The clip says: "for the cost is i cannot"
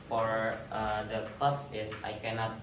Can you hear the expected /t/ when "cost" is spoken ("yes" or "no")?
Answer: no